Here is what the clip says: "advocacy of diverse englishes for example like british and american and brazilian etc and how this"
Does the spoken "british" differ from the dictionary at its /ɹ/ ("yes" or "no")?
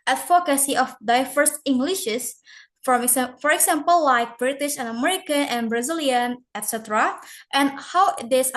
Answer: no